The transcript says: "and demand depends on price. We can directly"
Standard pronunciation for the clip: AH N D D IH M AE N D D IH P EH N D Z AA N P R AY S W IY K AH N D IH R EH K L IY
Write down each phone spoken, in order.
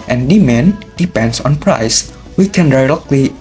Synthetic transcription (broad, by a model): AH N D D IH M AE N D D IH P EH N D S AA N P R AY S W IY K AH N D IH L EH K L IY